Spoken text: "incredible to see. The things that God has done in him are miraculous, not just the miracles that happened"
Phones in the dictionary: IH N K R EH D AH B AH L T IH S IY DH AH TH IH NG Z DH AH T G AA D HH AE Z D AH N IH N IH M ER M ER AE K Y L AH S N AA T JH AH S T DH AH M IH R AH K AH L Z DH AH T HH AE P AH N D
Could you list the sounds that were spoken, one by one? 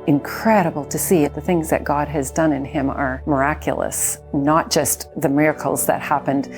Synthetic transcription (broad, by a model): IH N K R EH D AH B L T IH S IY DH AH TH IH NG Z DH AH T G AA D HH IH Z D AH N IH N IH M ER M ER AE K Y L AH S N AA T JH AH S T DH AH M IH R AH K L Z DH AH T HH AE P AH N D